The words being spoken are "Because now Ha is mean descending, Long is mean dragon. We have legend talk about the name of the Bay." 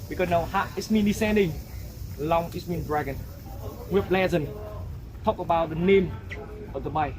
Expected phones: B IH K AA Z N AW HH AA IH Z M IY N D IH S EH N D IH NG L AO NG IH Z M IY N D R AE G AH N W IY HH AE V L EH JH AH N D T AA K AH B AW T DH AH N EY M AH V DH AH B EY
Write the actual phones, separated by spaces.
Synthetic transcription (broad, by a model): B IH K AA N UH HH AA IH S M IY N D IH S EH N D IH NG L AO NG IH S M IY N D R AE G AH N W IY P L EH Z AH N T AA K AH B AW T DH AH N EY M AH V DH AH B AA